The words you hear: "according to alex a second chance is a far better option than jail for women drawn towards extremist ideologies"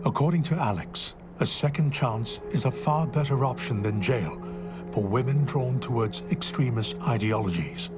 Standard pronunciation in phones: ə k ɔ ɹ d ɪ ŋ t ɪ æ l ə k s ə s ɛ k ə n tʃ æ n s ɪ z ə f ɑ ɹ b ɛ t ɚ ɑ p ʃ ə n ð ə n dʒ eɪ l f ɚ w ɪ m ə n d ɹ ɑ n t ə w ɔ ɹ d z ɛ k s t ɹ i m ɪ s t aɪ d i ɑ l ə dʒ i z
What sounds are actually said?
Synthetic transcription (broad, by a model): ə k ɔ ɹ d ɪ ŋ t ɪ æ l ə k s ə s ɛ k ə n tʃ æ n s ɪ z ə f ɑ ɹ b ɛ t ɚ ɑ p ʃ ə n ð ə n dʒ eɪ l f ɚ w ɪ m ə n d ɹ ɑ n t ə w ɔ ɹ d z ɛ k s t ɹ i m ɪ s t aɪ d i ɑ l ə dʒ i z